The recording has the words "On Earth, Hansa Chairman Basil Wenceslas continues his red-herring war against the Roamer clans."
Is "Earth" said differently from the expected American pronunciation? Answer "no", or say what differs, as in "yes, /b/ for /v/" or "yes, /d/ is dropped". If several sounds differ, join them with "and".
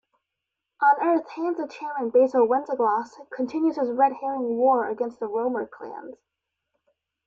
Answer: no